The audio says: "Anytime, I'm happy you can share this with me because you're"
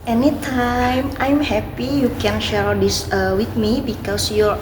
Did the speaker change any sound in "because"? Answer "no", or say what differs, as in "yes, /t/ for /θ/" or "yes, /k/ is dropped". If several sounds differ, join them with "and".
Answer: yes, /s/ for /z/